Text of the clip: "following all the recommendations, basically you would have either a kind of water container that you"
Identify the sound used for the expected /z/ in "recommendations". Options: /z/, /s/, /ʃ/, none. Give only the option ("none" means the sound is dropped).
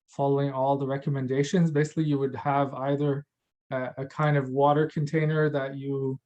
/z/